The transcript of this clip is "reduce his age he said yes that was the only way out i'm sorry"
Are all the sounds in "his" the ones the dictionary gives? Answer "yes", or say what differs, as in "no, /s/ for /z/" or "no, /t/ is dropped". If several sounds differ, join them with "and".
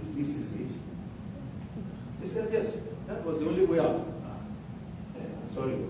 no, /s/ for /z/